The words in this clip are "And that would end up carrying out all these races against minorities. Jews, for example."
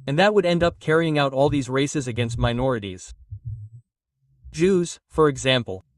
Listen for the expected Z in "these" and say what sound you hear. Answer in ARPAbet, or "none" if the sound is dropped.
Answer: Z